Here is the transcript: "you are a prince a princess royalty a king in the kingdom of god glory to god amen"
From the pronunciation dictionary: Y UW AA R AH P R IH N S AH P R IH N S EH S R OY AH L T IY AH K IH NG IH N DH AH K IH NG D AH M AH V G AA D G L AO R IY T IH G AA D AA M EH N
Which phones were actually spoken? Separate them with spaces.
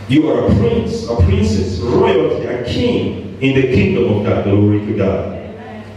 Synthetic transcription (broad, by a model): Y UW AA R AH P R IH N S AH P R IH N S EH S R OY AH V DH AH K IH NG IH N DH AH K IH NG D AH M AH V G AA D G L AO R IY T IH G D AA